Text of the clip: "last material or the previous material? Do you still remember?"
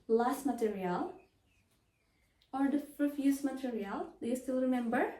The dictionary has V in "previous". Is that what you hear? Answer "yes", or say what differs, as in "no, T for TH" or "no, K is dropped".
no, F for V